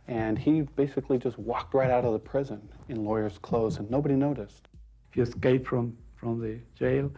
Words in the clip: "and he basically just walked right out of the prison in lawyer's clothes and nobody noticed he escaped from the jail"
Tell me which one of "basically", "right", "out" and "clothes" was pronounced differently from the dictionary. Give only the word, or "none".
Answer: none